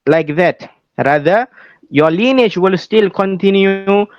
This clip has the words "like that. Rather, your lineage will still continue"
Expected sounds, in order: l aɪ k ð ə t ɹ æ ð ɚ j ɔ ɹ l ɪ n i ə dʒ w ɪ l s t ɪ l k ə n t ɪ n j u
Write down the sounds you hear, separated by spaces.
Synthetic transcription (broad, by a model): l aɪ k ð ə t ɹ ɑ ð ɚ j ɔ l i n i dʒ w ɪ l s t ɪ l k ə n t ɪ n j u